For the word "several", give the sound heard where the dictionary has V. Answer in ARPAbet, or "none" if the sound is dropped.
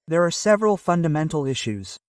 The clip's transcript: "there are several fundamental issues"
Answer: V